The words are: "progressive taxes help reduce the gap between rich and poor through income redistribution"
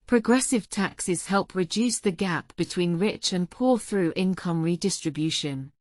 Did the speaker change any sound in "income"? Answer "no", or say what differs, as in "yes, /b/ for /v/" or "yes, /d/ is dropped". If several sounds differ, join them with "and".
no